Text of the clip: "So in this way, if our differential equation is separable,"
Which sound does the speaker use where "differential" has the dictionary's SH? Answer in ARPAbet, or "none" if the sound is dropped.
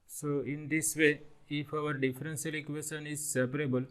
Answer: S